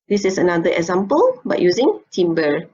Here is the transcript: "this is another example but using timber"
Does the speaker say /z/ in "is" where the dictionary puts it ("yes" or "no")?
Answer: no